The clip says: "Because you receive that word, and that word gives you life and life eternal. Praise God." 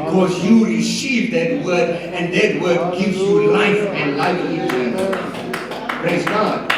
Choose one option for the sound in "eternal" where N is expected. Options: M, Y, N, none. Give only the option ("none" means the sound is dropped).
none